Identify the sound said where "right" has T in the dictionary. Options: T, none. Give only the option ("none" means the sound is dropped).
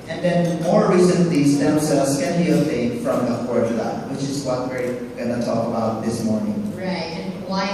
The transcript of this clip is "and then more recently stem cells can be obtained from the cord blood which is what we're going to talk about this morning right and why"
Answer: none